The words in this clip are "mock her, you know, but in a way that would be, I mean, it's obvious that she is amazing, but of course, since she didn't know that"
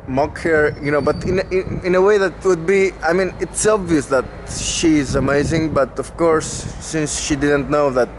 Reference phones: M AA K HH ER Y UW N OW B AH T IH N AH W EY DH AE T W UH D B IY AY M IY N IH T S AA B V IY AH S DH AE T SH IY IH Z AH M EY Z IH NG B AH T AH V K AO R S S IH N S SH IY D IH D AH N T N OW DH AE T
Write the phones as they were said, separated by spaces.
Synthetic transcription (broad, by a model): M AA K HH ER Y UW N OW B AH T IH N AH W EY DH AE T W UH D B IY AY M IY N IH T S AA B V IY AH S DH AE T SH IY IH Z AH M EY Z IH NG B AH T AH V K AO R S S IH N S SH IY D IH D AH N T N OW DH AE T